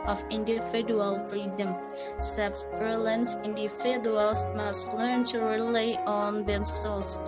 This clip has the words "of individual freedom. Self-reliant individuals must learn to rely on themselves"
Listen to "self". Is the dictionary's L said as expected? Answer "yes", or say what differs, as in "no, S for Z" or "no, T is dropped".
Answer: no, L is dropped